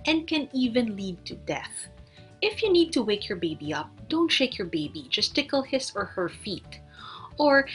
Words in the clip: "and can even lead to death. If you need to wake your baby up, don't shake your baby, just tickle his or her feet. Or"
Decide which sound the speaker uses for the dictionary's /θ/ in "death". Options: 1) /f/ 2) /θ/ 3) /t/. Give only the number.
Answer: 2